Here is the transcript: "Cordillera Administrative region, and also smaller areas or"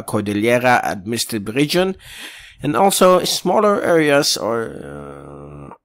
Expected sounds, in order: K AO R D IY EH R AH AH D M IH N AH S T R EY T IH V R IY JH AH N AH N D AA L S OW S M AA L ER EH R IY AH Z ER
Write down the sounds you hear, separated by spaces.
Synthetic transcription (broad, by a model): K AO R D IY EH R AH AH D M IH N S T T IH B R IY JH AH N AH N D AA L S OW S M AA L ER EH R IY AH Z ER